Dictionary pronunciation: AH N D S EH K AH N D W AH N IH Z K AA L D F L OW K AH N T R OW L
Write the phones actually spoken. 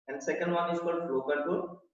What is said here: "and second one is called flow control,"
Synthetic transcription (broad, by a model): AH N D S EH K AH N D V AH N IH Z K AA D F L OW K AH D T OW